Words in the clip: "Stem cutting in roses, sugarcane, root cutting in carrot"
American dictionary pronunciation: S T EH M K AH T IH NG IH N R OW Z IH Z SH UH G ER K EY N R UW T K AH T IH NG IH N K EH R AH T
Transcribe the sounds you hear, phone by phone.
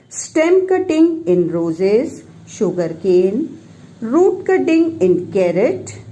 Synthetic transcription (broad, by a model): S T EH M K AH T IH NG IH N R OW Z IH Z SH UH G ER K EY N R UW T K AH T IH NG IH N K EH R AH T